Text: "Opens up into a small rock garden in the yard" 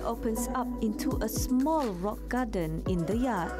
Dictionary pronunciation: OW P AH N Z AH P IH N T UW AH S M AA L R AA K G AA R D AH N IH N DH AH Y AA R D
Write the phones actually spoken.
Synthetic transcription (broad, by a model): OW P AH N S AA P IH N T UW AH S M AA L R AA K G AA D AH N IH N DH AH Y AA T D